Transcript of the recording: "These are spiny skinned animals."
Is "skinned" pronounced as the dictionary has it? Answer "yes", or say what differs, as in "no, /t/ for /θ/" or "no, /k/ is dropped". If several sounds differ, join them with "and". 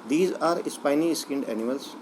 yes